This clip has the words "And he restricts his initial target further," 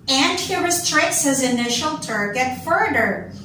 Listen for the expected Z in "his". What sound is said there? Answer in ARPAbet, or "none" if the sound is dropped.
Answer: Z